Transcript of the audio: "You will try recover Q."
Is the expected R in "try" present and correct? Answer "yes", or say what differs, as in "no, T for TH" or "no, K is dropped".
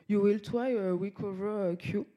no, W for R